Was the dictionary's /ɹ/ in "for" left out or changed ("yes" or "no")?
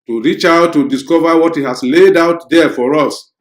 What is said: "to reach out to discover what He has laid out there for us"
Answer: no